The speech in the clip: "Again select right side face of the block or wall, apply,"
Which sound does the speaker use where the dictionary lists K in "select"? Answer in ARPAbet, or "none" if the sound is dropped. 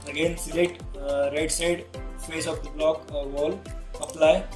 none